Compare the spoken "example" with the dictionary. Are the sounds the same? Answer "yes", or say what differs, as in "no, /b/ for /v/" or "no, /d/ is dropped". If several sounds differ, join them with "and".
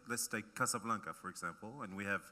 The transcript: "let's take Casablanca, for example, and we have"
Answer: yes